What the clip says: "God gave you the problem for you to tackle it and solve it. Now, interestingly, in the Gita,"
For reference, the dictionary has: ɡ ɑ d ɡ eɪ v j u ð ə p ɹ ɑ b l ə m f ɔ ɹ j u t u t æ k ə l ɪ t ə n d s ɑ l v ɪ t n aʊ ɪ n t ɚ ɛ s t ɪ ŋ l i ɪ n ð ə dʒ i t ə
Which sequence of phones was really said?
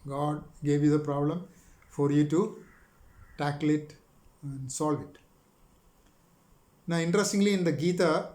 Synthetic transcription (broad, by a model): ɡ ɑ d ɡ eɪ v j u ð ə p ɹ ɑ b l ə m f ɔ ɹ j u t u t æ k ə l ɪ t ə n d s ɑ l v ɪ t n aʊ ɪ n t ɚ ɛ s t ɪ ŋ l i ɪ n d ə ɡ i t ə